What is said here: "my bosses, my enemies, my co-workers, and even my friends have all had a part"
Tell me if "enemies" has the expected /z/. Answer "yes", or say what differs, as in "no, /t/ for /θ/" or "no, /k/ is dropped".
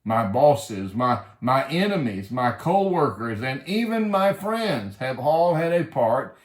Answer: yes